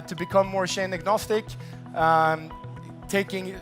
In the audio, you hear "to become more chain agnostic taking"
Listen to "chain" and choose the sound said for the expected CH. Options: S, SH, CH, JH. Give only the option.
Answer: SH